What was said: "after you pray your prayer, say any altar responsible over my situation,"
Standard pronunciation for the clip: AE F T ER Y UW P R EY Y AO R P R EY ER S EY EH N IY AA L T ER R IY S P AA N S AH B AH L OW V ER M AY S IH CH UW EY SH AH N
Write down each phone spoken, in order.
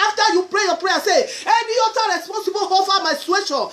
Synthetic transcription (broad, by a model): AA F T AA Y UW P R EY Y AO P R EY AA S EY EH N IY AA T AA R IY S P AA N S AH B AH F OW F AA M AY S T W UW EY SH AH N